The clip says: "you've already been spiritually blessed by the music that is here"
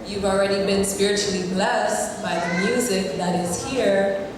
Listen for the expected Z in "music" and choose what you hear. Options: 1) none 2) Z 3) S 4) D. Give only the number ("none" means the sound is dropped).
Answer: 2